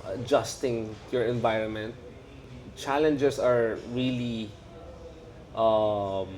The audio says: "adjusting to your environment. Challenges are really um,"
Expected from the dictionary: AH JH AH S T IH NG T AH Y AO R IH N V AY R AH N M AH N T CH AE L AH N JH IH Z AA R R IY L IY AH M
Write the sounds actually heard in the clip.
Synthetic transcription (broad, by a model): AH JH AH S T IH NG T Y AO R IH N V AY R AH N M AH N T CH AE L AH N JH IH S AA R R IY L IY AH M